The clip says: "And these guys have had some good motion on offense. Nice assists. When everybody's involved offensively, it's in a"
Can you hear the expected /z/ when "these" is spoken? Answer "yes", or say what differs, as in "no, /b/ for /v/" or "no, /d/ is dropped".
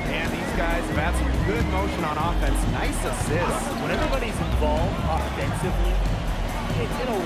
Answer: yes